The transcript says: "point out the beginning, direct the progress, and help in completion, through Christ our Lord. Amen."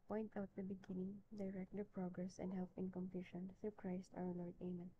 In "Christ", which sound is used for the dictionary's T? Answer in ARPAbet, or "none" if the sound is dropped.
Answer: T